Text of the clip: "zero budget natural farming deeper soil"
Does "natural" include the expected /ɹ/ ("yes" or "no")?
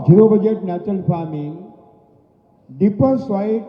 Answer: no